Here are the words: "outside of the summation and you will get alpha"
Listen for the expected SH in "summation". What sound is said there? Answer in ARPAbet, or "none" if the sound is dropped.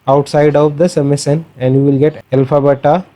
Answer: S